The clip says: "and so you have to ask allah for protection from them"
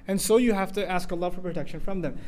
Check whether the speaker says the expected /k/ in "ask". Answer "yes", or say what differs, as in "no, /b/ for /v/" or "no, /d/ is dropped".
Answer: yes